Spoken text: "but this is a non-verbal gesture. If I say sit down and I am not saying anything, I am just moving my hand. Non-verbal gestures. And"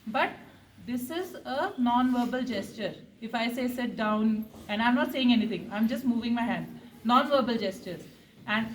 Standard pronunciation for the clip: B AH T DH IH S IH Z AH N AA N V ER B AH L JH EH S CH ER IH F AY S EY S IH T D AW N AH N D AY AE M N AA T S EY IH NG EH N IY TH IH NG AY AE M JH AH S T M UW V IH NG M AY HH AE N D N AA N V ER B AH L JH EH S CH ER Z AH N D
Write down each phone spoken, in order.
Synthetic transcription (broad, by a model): B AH T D IH S IH Z AH N AA N V ER B AH L JH EH S CH ER IH F AY S EY S IH T D AW N AH N D AY M N AA T S EY IH NG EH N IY T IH NG AY M JH AH S T M UW V IH NG M AY HH AE N D N AA N V ER B AH L JH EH S CH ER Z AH N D